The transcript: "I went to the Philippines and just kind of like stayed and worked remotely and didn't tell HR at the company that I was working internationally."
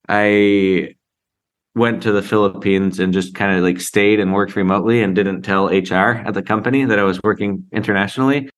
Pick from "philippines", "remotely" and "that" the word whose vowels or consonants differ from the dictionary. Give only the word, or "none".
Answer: none